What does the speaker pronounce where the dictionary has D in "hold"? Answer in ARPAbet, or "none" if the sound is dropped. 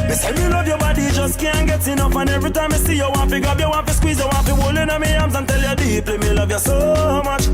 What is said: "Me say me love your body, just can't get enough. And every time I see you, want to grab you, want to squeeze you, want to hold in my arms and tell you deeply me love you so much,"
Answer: none